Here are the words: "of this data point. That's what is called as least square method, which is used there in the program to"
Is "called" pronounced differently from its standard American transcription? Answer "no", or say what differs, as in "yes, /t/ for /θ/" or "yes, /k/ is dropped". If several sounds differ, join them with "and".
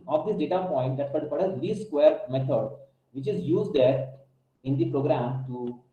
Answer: yes, /l/ is dropped